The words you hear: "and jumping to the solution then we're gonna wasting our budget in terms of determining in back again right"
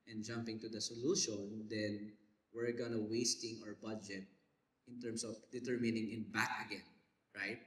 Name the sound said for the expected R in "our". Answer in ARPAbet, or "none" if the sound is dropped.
R